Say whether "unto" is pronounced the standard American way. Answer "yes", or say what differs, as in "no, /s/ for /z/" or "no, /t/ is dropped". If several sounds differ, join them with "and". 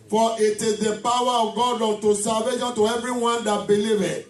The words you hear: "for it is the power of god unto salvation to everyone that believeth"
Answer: no, /n/ is dropped